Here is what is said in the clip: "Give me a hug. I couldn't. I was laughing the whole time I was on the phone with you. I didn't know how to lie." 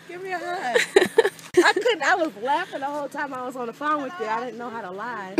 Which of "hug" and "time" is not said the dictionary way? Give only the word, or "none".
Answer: hug